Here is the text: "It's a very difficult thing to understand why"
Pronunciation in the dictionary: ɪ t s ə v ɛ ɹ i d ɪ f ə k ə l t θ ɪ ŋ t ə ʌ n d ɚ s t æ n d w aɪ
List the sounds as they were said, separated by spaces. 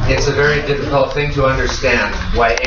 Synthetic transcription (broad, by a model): ɪ t s ə v ɛ ɹ i d ɪ f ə k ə l t θ ɪ ŋ t ə ʌ n d ɚ s t æ n d w aɪ